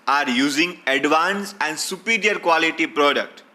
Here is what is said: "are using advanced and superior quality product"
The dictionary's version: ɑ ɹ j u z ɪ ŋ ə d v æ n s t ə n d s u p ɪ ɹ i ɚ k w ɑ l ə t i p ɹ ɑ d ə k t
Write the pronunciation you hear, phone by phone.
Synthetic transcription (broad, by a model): ɑ ɹ j u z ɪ ŋ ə d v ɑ n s ə n d s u p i ɹ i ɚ k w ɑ l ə t i p ɹ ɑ d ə k t